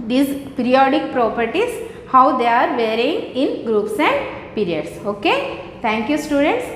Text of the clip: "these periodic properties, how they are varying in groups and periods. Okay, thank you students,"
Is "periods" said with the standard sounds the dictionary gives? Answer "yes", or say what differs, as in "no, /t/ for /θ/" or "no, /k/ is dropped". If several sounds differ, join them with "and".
no, /s/ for /z/